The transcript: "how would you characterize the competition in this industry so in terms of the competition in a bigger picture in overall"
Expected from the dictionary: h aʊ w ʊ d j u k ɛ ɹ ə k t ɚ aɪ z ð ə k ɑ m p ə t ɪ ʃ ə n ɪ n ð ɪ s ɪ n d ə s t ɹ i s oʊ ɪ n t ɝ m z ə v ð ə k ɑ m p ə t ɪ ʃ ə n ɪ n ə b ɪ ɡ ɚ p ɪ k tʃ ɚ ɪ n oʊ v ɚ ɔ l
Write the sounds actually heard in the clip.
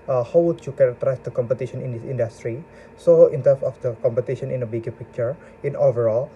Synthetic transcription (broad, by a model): h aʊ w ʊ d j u k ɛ ɹ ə k t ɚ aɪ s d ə k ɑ m p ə t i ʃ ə n ɪ n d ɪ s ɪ n d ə s t ɹ i s oʊ ɪ n t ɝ m s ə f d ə k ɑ m p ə t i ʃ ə n ɪ n ə b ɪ ɡ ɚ p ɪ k tʃ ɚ ɪ n oʊ v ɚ ɔ l